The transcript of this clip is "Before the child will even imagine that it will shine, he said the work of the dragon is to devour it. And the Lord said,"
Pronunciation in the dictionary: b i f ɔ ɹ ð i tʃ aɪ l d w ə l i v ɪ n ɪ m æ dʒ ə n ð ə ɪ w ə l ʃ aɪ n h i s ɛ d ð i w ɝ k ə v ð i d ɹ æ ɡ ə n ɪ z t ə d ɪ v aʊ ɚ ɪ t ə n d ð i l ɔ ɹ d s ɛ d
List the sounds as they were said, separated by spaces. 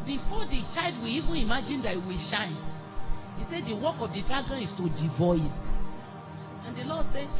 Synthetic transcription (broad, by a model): b i f ɔ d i tʃ aɪ l d w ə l i v ɪ n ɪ m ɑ dʒ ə n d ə ɪ w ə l ʃ aɪ n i s ɛ d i w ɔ k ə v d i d ɹ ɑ ɡ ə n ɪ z t ə d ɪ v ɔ ɪ t ə n d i l ɔ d s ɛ